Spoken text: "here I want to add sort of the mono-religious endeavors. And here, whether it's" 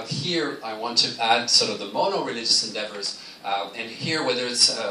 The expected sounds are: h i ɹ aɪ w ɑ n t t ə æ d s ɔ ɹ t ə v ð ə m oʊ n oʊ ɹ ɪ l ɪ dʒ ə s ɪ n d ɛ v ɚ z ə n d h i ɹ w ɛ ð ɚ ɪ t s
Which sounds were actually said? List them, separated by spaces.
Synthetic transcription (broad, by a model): h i ɹ aɪ w ɑ n t t æ d s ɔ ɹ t ə v ð ə m oʊ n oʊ ɹ ɪ l ɪ dʒ ə s ɪ n d ɛ v ɚ z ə n h i ɹ w ɛ ð ɚ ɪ t s